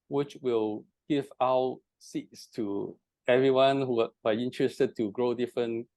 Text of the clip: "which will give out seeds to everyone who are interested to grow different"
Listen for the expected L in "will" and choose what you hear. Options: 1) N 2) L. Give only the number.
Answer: 2